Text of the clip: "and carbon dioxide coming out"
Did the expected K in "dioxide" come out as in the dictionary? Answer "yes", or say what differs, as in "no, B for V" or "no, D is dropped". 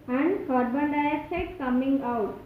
no, K is dropped